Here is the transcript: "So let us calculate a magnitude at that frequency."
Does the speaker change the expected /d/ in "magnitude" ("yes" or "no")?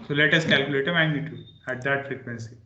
yes